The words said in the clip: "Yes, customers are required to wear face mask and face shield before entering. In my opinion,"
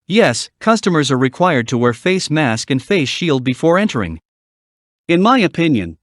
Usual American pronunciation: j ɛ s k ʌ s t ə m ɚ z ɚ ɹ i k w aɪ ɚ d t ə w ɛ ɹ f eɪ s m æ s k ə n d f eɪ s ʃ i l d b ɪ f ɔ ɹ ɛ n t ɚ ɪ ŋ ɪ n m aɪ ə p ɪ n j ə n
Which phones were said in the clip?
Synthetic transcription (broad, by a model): j ɛ s k ʌ s t ə m ɚ z ɚ ɹ i k w aɪ ɚ d t ə w ɛ ɹ f eɪ s m æ s k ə n f eɪ s ʃ i l d b ɪ f ɔ ɹ ɛ n t ɚ ɪ ŋ ɪ n m aɪ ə p ɪ n j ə n